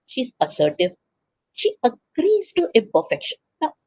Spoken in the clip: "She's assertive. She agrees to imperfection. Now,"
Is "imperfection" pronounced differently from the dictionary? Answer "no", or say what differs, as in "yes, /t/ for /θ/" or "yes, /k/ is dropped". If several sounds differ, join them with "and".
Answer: yes, /m/ is dropped